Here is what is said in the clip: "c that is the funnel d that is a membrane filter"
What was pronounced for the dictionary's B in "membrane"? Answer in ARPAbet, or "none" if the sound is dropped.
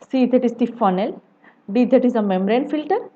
none